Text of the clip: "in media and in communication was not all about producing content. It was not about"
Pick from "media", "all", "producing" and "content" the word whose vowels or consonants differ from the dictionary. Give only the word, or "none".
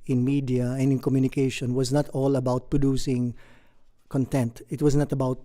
none